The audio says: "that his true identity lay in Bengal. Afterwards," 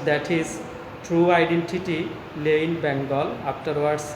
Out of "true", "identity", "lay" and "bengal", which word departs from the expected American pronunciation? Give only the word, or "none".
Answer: none